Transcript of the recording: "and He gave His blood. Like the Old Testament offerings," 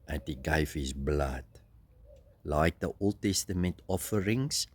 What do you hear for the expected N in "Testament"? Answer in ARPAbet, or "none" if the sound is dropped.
N